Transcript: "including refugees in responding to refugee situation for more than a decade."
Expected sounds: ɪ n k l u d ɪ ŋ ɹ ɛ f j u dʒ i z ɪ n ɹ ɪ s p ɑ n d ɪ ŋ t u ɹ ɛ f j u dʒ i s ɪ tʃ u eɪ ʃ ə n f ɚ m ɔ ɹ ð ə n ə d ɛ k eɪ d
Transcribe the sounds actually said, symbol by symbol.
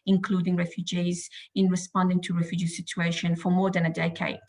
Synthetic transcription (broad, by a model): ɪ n k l u d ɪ ŋ ɹ ɛ f j u dʒ i z ɪ n ɹ ɪ s p ɑ n d ɪ ŋ t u ɹ ɛ f j u dʒ i s ɪ tʃ u eɪ ʃ ə n f ɚ m ɔ ɹ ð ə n ə d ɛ k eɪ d